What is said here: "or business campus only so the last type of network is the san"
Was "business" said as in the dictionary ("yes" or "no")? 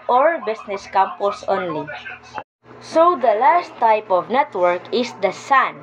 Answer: no